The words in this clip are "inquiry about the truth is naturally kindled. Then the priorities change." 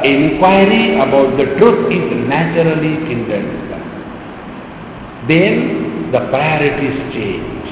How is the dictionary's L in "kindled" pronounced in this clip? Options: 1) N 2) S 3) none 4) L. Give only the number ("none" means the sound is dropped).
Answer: 1